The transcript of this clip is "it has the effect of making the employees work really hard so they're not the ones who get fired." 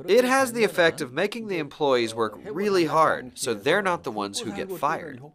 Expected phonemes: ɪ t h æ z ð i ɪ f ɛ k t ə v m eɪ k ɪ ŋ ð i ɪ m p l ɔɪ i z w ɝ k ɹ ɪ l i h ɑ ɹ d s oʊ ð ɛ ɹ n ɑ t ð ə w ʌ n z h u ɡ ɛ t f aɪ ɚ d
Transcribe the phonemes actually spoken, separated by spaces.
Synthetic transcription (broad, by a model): ɪ t h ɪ z ð i ɪ f ɛ k t ə v m eɪ k ɪ ŋ ð i ɪ m p l ɔɪ i z w ɝ k ɹ ɪ l i h ɑ ɹ d s oʊ ð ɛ ɹ n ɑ t ð ə w ʌ n z h u ɡ ɛ t f aɪ ɚ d